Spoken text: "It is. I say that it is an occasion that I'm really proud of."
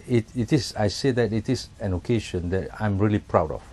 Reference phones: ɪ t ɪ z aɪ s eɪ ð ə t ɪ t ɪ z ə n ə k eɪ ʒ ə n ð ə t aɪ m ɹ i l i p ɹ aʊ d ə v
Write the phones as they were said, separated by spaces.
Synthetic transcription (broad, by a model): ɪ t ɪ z aɪ s eɪ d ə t ɪ t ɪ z ə n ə k eɪ ʃ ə n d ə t aɪ m ɹ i l i p ɹ aʊ d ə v